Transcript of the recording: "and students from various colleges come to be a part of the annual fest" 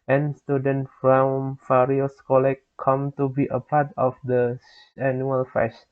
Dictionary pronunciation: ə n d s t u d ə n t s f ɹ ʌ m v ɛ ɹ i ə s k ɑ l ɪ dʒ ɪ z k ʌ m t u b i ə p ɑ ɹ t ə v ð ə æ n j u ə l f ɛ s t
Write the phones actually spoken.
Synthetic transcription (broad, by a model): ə n s t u d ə n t f ɹ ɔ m f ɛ ɹ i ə s k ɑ l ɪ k k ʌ m t u b i ə p ɑ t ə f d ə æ n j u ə l f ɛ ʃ